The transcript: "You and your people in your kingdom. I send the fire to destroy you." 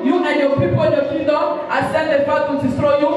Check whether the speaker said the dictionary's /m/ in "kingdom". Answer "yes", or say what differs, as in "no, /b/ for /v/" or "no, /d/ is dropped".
no, /m/ is dropped